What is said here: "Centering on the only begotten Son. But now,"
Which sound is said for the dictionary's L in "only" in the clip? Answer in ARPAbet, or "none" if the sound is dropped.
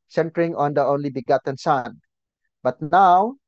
L